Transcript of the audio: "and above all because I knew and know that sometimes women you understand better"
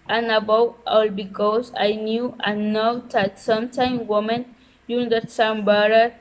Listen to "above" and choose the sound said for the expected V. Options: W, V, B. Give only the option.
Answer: W